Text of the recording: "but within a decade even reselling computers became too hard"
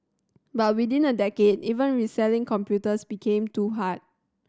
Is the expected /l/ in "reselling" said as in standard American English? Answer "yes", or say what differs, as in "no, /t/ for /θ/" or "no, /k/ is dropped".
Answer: yes